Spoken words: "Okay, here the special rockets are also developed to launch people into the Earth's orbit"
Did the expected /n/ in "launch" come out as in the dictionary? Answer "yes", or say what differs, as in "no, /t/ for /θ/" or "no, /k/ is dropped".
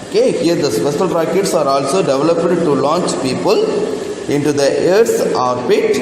yes